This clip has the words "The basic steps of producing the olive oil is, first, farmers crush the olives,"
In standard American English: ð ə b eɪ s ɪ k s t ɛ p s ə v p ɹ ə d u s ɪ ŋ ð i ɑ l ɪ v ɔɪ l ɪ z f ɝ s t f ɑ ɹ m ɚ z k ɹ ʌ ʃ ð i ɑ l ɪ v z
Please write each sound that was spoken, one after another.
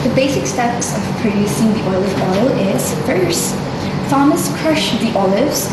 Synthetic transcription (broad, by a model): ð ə b eɪ s ɪ k s t ɛ p s ə v p ɹ ə d u s ɪ ŋ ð i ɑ l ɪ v ɔɪ l ɪ z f ɝ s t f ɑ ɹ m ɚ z k ɹ ʌ ʃ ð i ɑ l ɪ v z